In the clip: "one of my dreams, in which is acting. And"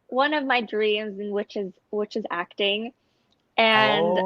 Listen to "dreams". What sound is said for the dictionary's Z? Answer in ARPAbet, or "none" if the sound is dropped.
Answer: Z